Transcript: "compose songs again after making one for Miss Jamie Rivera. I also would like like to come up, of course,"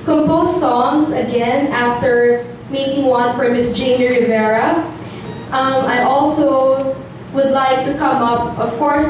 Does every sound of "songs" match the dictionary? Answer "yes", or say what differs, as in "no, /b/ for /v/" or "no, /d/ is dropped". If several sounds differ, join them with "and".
yes